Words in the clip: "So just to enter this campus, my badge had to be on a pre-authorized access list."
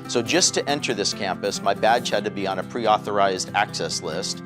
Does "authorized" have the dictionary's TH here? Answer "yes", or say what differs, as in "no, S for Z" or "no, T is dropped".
yes